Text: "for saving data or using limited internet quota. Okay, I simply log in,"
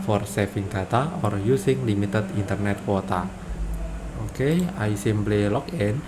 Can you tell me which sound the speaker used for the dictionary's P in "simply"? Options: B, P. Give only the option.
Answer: B